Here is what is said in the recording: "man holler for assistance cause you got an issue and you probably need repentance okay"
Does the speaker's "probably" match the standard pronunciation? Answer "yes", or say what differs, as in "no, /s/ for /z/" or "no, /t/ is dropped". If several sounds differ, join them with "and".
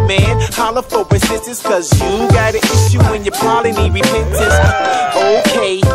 no, /b/ is dropped